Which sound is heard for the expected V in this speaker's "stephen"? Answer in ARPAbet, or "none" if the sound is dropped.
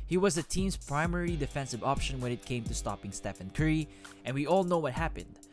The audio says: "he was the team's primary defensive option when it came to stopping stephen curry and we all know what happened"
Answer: F